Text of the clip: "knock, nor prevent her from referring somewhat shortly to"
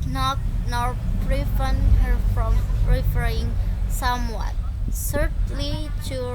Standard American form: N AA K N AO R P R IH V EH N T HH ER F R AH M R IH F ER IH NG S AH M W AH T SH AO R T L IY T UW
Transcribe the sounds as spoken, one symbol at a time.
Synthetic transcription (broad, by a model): N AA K N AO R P R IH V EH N HH ER F R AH M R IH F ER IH NG S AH M W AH T S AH R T L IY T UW